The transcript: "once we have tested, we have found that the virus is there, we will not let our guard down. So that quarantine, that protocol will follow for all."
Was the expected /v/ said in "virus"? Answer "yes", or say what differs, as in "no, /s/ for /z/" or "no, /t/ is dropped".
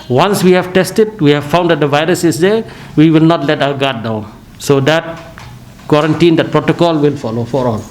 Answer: yes